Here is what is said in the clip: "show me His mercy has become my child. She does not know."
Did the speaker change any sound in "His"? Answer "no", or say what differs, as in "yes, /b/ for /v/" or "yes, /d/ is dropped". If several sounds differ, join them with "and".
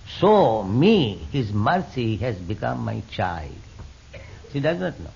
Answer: no